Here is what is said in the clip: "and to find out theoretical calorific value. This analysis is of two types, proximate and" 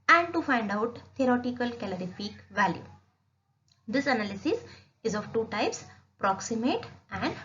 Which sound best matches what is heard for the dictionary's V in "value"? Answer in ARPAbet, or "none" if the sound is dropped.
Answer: V